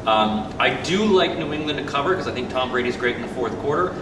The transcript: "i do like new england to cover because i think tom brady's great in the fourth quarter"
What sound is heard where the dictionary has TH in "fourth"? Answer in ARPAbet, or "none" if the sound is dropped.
TH